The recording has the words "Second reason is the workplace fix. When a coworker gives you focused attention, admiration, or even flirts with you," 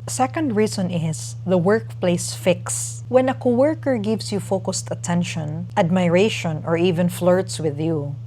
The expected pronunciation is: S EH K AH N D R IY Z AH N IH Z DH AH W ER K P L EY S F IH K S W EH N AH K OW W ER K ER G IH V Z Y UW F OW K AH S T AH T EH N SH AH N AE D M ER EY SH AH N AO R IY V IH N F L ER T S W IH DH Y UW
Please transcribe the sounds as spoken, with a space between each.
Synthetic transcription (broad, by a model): S EH K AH N D R IY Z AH N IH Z DH AH W ER K P L EY S F IH K S W EH N AH K OW W ER K ER G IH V S Y UW F OW K AH S T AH T EH N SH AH N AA D M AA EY SH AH N AO R IY V IH N F L ER T S W IH DH Y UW